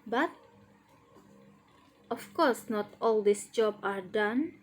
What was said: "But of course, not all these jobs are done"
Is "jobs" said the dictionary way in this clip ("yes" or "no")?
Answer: no